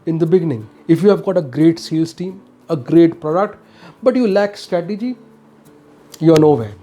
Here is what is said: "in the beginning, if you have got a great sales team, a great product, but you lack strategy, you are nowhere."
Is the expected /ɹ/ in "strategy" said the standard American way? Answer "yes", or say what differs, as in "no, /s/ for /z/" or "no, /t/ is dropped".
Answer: yes